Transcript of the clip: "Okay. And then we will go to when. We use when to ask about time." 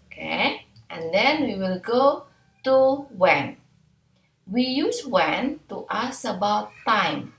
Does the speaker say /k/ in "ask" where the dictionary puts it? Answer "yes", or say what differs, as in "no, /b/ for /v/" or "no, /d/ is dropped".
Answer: no, /k/ is dropped